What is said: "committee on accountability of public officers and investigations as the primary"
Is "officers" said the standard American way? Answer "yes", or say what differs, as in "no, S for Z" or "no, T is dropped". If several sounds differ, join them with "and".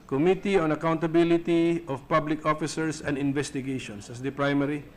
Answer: no, S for Z